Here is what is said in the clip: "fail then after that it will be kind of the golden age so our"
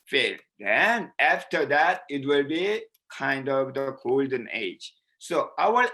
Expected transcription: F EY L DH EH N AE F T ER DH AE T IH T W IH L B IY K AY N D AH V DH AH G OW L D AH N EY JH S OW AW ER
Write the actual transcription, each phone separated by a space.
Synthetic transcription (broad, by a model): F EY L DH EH N AE F T ER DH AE T IH T W IH L B IY K AY N D AH V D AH G OW L D AH N EY JH S OW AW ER